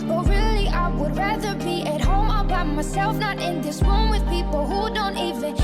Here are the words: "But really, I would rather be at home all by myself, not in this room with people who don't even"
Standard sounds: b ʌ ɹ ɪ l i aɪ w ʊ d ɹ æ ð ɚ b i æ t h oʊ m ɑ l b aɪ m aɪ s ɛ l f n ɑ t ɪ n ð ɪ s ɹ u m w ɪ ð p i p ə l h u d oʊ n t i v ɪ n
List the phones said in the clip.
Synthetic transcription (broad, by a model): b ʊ ɹ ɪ l i aɪ w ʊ d ɹ æ ð ɚ b i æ t h oʊ m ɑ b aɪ m aɪ s ɛ l f n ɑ t ɪ n ð ɪ s w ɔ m w ɪ ð p i p l h u d oʊ n t i v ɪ n